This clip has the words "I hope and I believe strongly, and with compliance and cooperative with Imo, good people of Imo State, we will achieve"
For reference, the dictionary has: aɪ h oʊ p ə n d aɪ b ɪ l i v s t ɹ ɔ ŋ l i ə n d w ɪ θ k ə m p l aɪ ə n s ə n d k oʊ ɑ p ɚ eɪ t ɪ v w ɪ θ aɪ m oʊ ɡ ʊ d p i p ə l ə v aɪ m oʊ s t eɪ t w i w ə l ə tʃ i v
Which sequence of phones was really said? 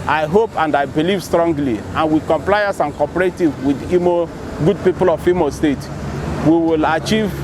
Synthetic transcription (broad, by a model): aɪ h oʊ p ə n d aɪ b ɪ l i v s t ɹ ɔ ŋ l i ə n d w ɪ k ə m p l aɪ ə s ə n k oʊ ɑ p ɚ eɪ t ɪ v w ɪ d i m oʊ ɡ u d p i p ə l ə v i m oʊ s t eɪ t w i w ə l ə tʃ i v